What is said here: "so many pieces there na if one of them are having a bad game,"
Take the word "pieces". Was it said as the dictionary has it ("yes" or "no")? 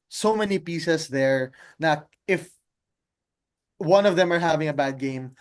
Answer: no